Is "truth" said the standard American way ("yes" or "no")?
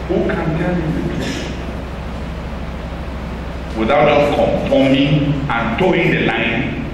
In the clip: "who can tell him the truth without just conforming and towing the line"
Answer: no